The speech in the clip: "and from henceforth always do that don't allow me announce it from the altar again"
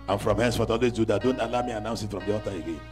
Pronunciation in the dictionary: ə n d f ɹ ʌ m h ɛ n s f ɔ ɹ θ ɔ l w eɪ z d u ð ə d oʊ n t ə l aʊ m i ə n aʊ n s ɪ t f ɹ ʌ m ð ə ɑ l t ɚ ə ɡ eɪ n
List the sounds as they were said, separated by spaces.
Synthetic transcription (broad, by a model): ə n f ɹ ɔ m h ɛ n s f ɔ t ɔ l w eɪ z d u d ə d oʊ n t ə l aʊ m i ə n aʊ n s ɪ t f ɹ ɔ m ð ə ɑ t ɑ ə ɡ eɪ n